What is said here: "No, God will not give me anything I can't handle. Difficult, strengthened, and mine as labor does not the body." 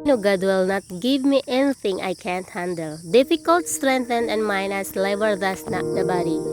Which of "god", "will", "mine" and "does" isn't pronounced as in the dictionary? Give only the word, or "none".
does